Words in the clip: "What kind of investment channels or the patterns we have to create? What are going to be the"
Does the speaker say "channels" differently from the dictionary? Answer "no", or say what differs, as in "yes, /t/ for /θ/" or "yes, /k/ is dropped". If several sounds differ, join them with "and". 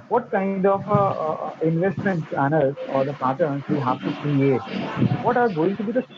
yes, /s/ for /tʃ/